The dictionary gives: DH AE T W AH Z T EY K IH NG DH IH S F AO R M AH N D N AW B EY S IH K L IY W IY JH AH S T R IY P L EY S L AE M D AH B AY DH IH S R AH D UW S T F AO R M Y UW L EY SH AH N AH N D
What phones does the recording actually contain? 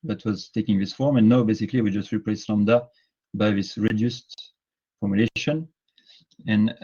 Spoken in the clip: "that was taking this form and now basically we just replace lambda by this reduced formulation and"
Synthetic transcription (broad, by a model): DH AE T W AH Z T EY K IH NG DH IH S F AO R M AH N N AW B EY S IH K L IY W IY JH AH S T R IY P L EY S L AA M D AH B AY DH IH S R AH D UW S T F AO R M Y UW L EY SH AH N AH N